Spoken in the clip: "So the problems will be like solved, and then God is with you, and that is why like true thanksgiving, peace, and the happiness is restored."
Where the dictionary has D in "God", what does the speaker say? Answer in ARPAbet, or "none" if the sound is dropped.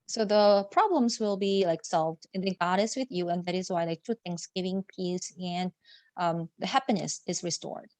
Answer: D